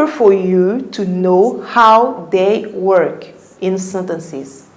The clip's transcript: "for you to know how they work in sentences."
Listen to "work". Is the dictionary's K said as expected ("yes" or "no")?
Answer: yes